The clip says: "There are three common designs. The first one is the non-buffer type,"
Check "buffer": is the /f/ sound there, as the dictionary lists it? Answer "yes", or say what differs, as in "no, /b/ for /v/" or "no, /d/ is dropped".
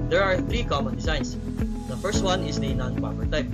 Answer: no, /p/ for /f/